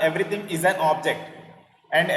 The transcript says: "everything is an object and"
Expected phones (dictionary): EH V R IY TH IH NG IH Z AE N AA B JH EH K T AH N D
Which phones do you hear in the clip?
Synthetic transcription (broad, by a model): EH V R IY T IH NG IH Z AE N AA B JH EH K T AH N D